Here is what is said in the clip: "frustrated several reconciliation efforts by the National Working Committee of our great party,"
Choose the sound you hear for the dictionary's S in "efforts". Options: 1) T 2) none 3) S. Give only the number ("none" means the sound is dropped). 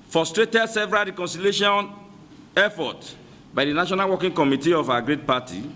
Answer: 2